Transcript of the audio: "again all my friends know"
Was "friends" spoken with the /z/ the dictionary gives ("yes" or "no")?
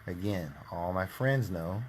yes